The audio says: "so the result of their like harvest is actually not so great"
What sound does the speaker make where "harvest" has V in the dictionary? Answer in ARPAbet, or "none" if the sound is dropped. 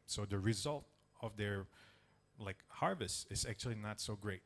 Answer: V